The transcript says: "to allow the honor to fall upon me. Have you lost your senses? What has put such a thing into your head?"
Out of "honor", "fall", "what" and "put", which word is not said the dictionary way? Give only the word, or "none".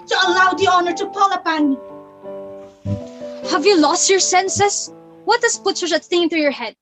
fall